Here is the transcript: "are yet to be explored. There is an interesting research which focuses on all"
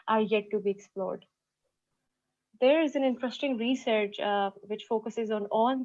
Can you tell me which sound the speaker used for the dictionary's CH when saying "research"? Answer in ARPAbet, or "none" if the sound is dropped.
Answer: CH